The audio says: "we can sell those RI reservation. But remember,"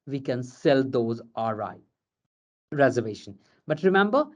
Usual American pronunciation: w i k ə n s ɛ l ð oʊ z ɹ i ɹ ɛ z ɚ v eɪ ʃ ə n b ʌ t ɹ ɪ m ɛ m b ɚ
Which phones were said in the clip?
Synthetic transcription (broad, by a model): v i k ə n s ɛ l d oʊ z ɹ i ɹ ɛ z ɚ v eɪ ʃ ə n b ʌ t ɹ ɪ m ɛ m b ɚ